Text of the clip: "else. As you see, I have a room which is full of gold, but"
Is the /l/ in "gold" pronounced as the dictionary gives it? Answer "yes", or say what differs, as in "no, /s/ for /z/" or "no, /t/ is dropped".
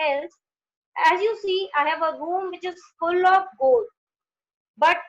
yes